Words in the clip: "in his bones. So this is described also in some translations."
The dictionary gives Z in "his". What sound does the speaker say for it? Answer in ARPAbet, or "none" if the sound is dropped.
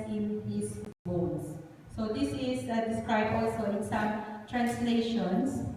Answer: S